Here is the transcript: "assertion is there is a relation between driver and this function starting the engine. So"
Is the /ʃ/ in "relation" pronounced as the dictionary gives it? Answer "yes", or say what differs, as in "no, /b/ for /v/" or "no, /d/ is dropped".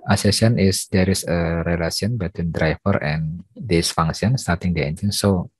no, /s/ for /ʃ/